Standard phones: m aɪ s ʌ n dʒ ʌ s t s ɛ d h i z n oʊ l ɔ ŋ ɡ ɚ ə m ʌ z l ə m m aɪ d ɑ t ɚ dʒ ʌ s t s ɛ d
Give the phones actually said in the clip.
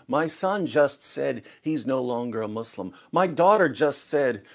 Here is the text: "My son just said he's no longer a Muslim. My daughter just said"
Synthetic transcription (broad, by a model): m aɪ s ʌ n dʒ ʌ s t s ɛ d h i z n oʊ l ɔ ŋ ɡ ɚ ə m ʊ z l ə m m aɪ d ɑ t ɚ dʒ ʌ s t s ɛ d